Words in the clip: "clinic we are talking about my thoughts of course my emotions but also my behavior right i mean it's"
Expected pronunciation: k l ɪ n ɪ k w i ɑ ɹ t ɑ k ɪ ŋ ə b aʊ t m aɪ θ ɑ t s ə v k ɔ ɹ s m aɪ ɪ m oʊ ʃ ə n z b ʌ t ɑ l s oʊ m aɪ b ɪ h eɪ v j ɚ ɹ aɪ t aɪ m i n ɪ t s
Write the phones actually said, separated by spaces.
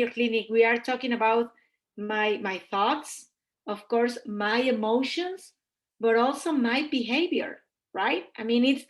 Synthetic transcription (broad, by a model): k l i n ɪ k w i ɑ ɹ t ɑ k ɪ ŋ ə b aʊ t m aɪ θ ɑ t s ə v k ɔ ɹ s m aɪ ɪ m oʊ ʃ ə n s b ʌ t ɑ l s oʊ m aɪ b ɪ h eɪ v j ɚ ɹ aɪ t aɪ m i n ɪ t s